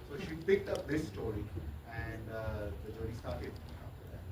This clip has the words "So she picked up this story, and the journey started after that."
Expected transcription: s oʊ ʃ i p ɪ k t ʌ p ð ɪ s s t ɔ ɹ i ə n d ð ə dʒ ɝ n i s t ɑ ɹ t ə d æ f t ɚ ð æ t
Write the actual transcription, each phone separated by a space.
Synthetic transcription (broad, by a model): s oʊ ʃ i p ɪ k t ʌ p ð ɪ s s t ɔ ɹ i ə n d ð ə dʒ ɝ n i s t ɑ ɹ t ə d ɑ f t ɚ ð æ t